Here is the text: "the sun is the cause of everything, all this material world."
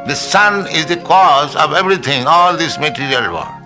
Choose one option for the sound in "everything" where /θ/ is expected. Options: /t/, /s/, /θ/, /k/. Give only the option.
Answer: /t/